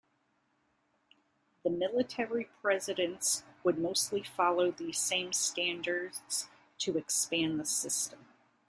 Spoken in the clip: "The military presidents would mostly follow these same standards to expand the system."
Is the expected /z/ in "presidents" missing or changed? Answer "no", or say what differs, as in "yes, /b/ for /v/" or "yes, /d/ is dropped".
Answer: no